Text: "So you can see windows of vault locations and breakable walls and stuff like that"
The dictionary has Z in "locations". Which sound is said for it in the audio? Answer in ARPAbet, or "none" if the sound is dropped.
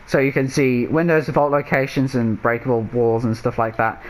Z